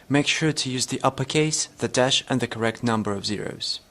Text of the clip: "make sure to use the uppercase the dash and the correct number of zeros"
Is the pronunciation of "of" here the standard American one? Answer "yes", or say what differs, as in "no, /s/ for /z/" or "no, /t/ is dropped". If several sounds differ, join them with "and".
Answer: yes